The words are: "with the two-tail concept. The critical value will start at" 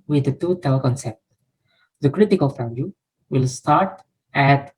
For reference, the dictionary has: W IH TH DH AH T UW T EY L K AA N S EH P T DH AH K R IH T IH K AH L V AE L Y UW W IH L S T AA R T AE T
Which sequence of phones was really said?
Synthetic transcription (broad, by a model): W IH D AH T UW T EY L K AA N S EH P T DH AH K R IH T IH K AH L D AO Y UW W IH L S T AA R T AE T